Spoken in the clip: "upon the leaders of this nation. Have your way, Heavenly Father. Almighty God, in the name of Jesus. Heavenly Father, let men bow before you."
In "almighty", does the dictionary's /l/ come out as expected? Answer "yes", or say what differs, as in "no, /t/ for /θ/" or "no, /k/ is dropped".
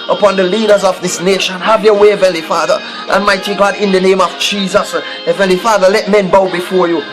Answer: no, /n/ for /l/